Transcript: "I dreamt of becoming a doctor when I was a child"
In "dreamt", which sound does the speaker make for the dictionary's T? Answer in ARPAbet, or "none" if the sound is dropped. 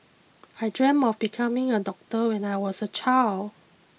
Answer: none